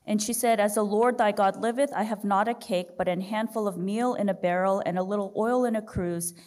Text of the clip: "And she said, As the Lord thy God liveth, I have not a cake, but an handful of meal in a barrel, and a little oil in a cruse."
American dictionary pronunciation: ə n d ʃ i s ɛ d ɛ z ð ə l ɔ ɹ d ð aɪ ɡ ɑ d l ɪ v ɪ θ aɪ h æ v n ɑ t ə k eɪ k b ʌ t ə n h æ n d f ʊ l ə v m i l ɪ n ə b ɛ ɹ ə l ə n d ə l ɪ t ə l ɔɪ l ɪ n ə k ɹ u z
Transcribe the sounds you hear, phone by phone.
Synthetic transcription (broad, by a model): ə n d ʃ i s ɛ d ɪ z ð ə l ɔ ɹ d ð aɪ ɡ ɑ d l ɪ v ɪ θ aɪ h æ v n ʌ t ə k eɪ k b ʌ t ə n h æ n d f ʊ l ə v m i l ɪ n ə b ɛ ɹ l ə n ə l ɪ t l ɔɪ l ɪ n ə k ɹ u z